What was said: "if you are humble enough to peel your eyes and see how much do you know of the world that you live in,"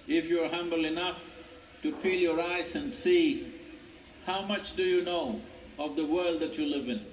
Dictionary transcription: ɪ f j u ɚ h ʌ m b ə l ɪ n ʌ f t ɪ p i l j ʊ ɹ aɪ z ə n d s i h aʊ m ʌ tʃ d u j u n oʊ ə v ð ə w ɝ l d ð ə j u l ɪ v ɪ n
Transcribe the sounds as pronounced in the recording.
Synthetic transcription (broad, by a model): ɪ f j u ɚ h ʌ m b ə l ɪ n ʌ f t ɪ p i l j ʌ ɹ aɪ z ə n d s i h aʊ m ʌ tʃ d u j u n oʊ ə v ð ə w ɝ l d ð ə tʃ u l ɪ v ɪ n